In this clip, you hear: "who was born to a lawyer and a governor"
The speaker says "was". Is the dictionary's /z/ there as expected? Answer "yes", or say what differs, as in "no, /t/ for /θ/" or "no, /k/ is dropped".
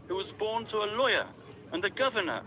yes